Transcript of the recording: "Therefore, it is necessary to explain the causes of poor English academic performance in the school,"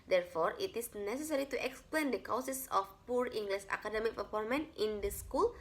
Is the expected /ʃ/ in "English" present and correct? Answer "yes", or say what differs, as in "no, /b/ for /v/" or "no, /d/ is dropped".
no, /s/ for /ʃ/